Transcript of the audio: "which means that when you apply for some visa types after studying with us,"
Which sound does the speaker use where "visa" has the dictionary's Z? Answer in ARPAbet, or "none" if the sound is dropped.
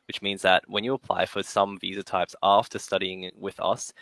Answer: Z